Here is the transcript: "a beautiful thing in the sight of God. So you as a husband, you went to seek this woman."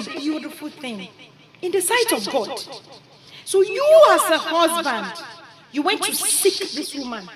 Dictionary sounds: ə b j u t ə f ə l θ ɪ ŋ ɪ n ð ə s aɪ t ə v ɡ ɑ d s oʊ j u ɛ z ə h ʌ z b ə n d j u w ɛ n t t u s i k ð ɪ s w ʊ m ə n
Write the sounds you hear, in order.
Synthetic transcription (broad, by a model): b j u t ə f ə l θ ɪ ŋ ɪ n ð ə s aɪ t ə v ɡ ɑ d s oʊ j u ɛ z ə h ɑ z b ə n d j u w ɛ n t t u s i k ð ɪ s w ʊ m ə n